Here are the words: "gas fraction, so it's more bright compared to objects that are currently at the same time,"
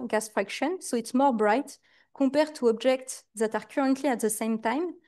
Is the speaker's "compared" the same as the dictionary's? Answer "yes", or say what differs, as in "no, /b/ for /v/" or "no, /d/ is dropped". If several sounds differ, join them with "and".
no, /m/ is dropped